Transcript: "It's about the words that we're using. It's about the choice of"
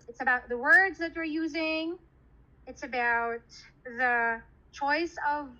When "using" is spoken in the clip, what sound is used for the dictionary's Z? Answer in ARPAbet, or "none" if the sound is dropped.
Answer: Z